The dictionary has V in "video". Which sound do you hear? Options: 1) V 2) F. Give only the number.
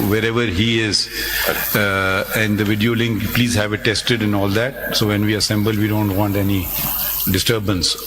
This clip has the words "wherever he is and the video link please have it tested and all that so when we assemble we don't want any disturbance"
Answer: 1